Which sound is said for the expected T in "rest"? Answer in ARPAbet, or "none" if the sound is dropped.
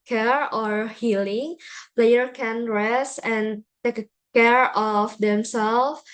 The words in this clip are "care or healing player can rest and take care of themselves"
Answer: none